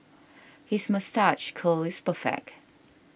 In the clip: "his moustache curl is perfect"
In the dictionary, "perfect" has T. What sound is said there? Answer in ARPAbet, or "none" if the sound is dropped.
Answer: none